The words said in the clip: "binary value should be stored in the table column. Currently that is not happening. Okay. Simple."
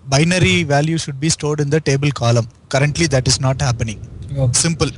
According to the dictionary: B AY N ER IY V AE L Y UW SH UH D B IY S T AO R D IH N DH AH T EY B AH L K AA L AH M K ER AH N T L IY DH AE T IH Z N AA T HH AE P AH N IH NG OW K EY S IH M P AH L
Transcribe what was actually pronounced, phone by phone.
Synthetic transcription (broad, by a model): B AY N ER IY V AE L Y UW SH UH D B IY S T AO R D IH N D AH T EY B AH L K AA L AH M K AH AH N T L IY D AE T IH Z N AA T HH AE P AH N IH NG S IH M P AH L